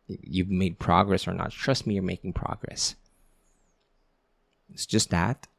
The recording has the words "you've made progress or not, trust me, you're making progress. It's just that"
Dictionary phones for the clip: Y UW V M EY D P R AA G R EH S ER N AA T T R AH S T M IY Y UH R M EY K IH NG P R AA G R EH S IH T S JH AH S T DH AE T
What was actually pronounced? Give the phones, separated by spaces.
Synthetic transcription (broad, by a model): Y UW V M EY D P R AA G R EH S ER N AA T T R AH S T M IY Y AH R M EY K IH NG P R AA G R EH S IH T S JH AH S T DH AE T